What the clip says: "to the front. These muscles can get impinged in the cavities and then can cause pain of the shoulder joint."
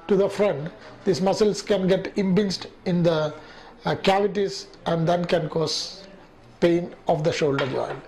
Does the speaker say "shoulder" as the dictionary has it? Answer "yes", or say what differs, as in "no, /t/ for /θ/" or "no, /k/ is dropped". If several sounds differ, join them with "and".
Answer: yes